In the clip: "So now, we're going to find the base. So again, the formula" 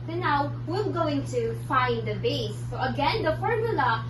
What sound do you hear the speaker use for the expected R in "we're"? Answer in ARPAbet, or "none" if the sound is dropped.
L